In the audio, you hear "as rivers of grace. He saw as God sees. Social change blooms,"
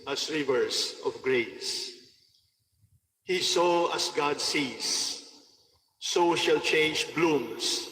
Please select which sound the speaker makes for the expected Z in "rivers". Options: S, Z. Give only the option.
S